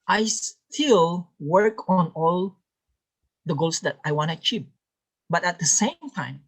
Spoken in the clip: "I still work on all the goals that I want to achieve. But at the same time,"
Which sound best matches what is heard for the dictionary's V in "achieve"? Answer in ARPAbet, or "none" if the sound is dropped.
P